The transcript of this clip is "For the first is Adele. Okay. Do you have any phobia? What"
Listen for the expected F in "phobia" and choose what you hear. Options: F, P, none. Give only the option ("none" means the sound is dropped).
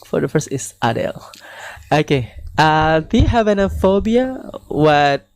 F